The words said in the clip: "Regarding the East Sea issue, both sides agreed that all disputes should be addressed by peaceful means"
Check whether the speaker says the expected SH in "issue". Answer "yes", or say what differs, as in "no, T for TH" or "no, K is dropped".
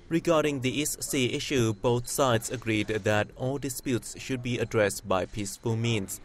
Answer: yes